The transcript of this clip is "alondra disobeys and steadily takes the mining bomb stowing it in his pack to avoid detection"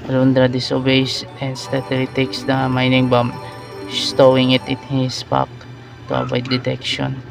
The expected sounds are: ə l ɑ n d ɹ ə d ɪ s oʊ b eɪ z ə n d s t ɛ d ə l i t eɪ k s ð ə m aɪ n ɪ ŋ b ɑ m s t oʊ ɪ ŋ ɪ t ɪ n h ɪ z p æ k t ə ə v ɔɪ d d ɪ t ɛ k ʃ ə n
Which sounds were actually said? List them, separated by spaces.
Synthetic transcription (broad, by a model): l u n d ɹ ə d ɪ s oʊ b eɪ s ə n d s t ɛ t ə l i t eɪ k s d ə m aɪ n ɪ ŋ b ɑ m s t oʊ ɪ ŋ ɪ t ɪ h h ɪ s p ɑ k t ə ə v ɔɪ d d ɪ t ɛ k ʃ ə n